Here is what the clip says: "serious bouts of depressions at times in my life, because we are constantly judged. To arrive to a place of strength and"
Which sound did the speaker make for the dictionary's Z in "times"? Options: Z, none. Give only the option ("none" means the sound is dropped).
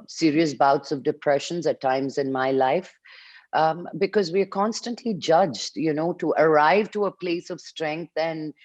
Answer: Z